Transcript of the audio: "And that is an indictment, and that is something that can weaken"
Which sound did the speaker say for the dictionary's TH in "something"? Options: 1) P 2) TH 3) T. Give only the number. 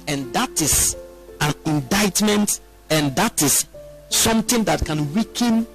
3